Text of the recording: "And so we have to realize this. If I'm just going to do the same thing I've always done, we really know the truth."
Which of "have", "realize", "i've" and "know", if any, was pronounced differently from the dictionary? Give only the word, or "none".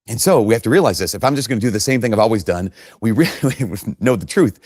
have